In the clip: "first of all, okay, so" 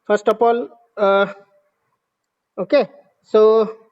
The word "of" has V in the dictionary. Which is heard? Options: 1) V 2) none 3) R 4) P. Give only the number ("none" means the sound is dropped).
4